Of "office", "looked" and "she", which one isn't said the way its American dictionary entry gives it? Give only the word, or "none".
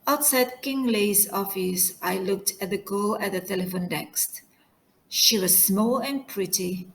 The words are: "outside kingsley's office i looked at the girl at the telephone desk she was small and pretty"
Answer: none